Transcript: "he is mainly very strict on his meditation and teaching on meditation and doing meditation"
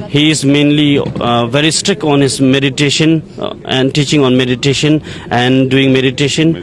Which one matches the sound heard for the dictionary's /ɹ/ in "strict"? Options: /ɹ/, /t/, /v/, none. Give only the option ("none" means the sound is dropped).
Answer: /ɹ/